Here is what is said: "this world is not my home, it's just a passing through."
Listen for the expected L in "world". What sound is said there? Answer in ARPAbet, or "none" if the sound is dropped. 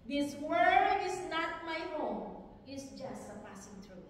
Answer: none